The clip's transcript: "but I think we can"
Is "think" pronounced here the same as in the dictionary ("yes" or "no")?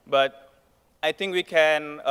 no